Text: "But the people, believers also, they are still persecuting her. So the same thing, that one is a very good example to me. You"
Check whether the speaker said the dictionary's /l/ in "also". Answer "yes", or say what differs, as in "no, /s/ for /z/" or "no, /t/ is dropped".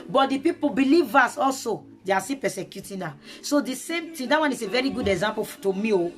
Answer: yes